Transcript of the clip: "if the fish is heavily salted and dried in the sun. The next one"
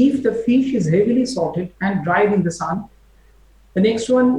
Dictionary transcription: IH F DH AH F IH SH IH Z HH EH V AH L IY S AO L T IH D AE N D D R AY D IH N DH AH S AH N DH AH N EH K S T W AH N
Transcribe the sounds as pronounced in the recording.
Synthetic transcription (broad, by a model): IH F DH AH F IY SH IH Z HH EH V AH L IY S AO T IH D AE N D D R AY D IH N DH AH S AH N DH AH N EH K S T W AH N